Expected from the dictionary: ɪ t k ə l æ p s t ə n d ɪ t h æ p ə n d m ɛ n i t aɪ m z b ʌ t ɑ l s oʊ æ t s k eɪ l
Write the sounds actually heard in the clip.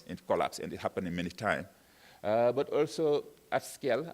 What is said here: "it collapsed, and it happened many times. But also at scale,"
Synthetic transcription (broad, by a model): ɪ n k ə l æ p s ə n d ɪ t h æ p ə n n m ɛ n i t aɪ m b ʌ t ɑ l s oʊ æ t s k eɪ l